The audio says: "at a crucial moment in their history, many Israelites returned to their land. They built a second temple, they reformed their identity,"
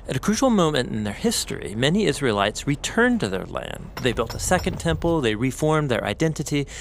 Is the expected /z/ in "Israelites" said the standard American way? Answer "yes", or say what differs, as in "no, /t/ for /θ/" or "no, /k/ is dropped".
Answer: yes